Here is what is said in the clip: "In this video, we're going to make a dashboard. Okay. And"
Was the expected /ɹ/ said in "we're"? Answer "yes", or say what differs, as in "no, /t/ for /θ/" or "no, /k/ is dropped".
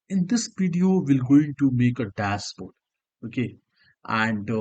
no, /l/ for /ɹ/